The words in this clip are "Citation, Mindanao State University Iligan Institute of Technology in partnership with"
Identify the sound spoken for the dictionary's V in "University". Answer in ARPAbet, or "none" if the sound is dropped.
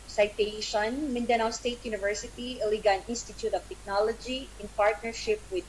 V